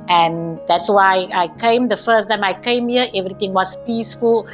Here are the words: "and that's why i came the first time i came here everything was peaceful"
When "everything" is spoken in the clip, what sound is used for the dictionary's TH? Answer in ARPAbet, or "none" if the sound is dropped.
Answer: T